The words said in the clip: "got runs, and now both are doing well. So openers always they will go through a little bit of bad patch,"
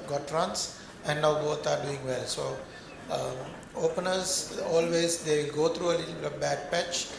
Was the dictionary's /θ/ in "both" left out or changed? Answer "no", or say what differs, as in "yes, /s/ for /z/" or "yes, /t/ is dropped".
yes, /t/ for /θ/